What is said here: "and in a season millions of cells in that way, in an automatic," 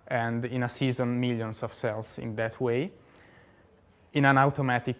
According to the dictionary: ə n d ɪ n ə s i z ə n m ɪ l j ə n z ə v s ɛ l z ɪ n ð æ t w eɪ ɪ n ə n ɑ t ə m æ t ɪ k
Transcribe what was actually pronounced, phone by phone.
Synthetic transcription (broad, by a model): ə n d ɪ n ə s i z ə n m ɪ l j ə n s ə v s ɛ l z ɪ n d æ t w eɪ ɪ n ə n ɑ t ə m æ t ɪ k